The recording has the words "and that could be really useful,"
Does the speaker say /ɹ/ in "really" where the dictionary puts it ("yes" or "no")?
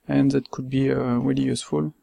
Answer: no